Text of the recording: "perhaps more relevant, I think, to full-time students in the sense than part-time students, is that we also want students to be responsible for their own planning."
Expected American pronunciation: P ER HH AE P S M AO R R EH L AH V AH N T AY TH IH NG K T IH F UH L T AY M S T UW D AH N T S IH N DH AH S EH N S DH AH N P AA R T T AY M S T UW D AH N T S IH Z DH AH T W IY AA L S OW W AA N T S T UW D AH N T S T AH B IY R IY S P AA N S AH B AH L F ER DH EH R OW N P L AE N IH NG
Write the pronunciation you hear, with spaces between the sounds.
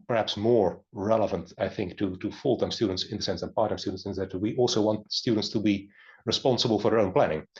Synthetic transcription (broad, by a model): P ER HH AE P S M AO R R EH L AH V AH N T AY TH IH NG K T IH F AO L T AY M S T UW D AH N T S IH N DH AH S EH N S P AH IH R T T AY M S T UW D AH N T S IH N DH AH T W IY AA L S OW W AA N T S T UW D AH N T S T AH B IY R IY S P AA N S AH B AH L F ER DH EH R OW N P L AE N IH NG